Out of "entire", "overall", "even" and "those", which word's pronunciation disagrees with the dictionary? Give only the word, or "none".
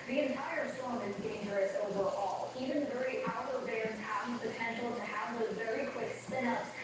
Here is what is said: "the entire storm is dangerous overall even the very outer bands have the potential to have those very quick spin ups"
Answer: those